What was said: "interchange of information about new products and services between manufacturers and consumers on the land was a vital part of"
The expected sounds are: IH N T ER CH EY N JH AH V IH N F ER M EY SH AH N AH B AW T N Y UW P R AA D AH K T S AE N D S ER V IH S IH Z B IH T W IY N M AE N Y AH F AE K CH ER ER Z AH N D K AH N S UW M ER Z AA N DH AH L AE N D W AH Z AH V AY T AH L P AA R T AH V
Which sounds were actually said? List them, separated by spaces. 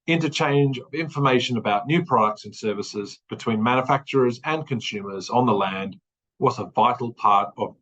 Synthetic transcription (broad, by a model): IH N T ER CH EY N JH AH V IH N F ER M EY SH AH N AH B AW T N Y UW P R AA D AH K T S N S ER V IH S IH Z B IH T W IY N M AE N Y AH F AE K CH ER ER Z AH N K AH N S UW M ER Z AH N DH AH L AE N D W AH Z AH V AY T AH L P AA R T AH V